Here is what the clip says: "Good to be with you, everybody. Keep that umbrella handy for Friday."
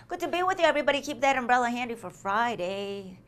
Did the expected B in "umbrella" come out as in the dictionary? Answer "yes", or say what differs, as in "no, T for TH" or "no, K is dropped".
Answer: yes